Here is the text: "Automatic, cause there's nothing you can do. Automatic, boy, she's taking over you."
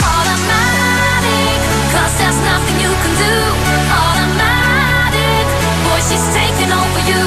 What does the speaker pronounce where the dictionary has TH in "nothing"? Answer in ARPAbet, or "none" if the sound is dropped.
TH